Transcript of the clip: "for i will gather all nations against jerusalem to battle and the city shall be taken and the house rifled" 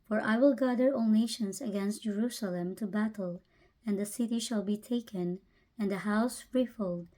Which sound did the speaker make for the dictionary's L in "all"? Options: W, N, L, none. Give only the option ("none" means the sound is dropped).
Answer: N